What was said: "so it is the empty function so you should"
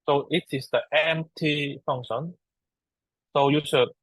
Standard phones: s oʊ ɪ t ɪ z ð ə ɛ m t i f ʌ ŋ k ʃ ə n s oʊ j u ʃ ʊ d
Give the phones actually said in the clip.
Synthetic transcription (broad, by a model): s oʊ ɪ t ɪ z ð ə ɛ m t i f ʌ ŋ ʃ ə n s oʊ j u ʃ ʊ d